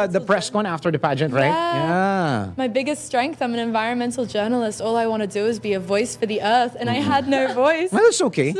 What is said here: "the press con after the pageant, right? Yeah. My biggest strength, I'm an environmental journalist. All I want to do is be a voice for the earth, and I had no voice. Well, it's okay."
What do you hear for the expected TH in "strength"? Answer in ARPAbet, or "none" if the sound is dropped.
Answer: TH